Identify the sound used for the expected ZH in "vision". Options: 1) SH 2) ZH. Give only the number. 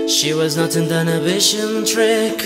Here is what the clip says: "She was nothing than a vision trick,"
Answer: 1